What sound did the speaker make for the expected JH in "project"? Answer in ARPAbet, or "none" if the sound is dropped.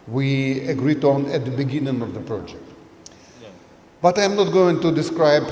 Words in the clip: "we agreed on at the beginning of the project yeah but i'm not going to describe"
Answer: JH